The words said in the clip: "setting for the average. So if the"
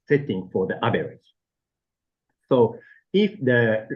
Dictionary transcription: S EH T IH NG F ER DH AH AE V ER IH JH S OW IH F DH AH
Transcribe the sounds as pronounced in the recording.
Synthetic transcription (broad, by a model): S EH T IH NG F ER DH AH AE B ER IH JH S OW IH F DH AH